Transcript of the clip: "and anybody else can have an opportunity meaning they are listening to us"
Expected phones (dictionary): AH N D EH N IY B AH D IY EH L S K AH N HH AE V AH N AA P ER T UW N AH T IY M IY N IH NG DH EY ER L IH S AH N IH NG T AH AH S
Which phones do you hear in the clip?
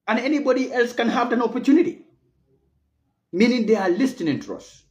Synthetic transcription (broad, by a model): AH N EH N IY B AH D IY EH L S K AH N HH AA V AH N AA P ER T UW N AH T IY M IY N IH NG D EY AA L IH S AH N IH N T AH S